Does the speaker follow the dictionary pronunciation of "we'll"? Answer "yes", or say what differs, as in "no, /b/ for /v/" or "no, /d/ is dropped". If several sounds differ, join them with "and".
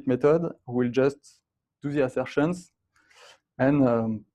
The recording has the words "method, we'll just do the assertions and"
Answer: yes